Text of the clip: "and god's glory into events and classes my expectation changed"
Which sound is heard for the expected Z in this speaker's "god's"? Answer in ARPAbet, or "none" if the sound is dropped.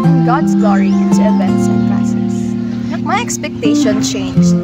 S